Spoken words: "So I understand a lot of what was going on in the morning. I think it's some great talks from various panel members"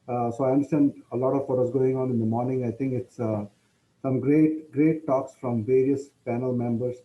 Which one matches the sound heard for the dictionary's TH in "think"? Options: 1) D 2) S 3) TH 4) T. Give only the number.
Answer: 4